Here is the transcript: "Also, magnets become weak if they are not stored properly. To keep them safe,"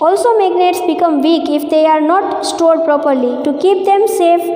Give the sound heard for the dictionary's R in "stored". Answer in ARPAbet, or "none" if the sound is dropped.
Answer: R